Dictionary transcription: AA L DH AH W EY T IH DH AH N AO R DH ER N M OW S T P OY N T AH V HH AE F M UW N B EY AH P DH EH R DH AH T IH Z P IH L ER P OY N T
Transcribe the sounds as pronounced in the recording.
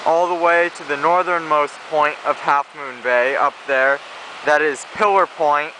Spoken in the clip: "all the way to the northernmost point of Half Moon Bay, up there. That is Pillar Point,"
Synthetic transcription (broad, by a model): AA L DH AH W EY T IH DH AH N AO R DH ER N M OW S P OY N T AH V HH AE F M UW N B EY AH P DH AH R DH AH T IH Z P IH L ER P OY N T